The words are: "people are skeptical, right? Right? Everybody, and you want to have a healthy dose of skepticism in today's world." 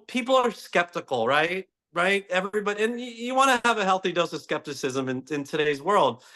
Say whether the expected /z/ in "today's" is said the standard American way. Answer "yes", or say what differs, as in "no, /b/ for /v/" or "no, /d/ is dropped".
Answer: yes